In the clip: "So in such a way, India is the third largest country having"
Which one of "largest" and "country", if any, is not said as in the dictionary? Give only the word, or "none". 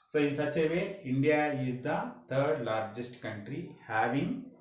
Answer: none